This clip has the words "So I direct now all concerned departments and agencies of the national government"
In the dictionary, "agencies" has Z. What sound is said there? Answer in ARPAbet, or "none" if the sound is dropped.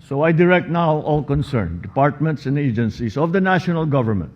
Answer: S